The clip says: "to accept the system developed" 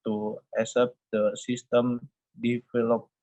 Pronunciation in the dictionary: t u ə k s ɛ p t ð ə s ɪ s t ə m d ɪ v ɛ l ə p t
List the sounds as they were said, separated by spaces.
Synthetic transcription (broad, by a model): t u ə s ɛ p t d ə s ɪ s t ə m d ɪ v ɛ l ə p